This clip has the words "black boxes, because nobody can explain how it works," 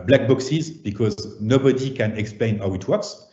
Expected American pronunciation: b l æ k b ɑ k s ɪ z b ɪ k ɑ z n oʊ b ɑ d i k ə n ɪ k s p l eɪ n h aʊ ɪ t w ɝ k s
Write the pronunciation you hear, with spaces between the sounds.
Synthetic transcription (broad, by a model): b l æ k b ɑ k s ɪ z b ɪ k ɑ z n oʊ b ɑ d i k ə n ɪ k s p l eɪ n h aʊ ɪ t w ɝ k s